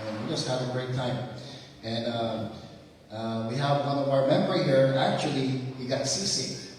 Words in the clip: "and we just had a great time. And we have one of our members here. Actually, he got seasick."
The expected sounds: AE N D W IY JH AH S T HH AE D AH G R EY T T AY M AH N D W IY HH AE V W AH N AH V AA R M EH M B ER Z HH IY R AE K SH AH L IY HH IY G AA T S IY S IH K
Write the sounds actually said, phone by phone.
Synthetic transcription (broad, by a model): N W IY JH AH S T HH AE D AH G R EY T T AY M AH N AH W IY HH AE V W AH N AH V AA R M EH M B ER HH IY R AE K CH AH L IY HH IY G AA T S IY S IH